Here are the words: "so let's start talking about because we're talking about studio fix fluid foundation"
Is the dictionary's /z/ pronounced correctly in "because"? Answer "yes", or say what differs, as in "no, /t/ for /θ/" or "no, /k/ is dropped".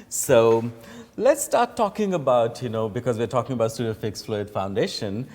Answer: yes